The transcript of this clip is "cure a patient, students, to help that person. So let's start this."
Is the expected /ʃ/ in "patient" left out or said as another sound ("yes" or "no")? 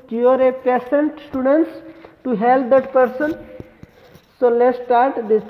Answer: yes